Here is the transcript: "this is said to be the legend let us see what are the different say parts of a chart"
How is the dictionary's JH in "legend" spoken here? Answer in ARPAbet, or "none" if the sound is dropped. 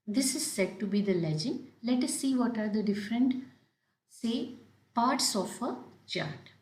JH